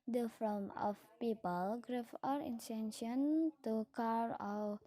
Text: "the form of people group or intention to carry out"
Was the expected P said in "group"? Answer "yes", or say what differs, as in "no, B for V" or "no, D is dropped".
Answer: no, F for P